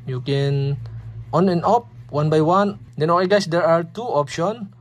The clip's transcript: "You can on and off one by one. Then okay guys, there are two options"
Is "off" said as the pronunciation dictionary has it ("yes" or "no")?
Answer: no